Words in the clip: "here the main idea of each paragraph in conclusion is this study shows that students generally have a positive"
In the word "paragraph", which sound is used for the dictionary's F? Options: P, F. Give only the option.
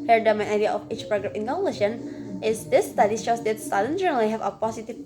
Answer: P